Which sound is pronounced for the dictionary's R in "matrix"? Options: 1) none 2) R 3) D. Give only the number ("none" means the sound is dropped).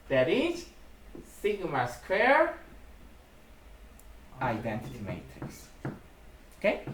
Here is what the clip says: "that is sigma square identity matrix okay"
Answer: 1